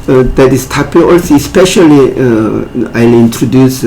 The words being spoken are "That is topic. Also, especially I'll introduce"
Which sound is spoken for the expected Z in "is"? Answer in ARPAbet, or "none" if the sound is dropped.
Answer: S